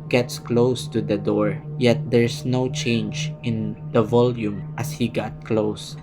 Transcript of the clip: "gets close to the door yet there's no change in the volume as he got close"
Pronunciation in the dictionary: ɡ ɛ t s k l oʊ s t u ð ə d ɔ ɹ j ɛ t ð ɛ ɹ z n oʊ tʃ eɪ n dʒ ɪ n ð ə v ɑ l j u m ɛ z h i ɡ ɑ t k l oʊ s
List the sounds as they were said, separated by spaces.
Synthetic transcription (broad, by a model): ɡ ɛ t s k l oʊ s t u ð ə d ɔ ɹ j ɛ t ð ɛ ɹ s n oʊ tʃ eɪ n dʒ ɪ n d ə v ɑ l j u m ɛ s h i ɡ ɑ t k l oʊ s